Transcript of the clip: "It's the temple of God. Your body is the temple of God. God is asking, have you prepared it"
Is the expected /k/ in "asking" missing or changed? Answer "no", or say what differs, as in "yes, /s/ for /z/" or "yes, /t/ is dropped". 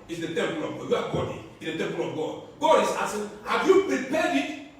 yes, /k/ is dropped